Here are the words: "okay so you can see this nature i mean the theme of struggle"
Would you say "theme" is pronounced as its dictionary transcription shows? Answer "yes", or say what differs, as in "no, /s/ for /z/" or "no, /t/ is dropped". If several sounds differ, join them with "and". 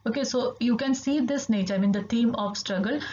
no, /t/ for /θ/